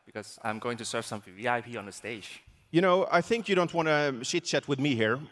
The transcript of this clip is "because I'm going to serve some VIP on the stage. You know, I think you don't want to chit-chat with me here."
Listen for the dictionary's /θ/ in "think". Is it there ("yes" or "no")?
yes